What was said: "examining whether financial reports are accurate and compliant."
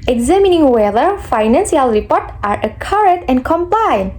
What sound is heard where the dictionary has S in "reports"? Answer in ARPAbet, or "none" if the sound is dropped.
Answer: none